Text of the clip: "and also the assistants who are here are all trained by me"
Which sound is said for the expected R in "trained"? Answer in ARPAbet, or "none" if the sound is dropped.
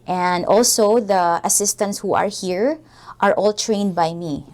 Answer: R